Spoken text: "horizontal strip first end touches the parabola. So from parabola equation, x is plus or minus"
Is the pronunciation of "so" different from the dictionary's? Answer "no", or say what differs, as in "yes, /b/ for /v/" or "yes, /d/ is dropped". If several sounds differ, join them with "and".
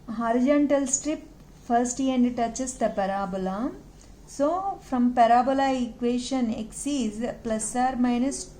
no